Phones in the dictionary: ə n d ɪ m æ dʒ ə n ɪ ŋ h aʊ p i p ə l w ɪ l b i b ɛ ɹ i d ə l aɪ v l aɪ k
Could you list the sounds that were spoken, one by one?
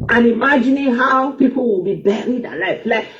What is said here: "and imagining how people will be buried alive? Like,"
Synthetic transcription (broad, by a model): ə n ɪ m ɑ dʒ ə n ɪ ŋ h aʊ p i p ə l w ɪ l b i b ɛ ɹ i d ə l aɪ f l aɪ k